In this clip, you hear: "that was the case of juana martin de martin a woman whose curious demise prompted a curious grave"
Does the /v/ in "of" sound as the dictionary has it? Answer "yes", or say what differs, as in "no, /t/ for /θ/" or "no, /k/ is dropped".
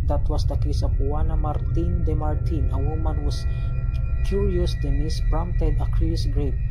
no, /p/ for /v/